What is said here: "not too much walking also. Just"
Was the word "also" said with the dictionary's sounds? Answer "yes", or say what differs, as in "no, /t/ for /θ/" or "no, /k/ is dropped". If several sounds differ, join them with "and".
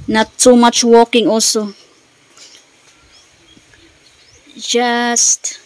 no, /l/ is dropped